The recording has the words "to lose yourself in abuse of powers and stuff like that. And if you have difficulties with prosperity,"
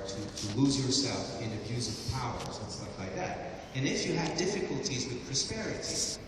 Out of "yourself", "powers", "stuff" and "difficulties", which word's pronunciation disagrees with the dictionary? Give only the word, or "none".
none